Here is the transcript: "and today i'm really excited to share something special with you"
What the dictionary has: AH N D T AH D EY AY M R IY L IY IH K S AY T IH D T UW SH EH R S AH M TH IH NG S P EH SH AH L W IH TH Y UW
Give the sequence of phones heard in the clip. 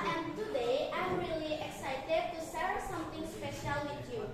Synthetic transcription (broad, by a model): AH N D T AH D EY AY M R IY L IY IH K S AY T IH D T UW S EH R S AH M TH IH NG S P EH SH AH L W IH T Y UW